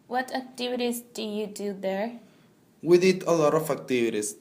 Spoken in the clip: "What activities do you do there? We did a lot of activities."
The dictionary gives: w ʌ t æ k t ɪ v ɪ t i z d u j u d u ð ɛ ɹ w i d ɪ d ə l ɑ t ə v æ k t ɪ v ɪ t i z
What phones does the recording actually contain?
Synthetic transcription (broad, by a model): w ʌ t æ k t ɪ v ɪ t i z d u j u d u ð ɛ ɹ w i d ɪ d ə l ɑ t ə f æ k t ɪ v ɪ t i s